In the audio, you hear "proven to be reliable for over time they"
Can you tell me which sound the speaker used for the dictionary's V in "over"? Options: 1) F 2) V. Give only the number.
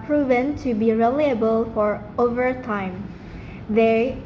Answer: 2